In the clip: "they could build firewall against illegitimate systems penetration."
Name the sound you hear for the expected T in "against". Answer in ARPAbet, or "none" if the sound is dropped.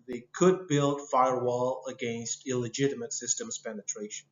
T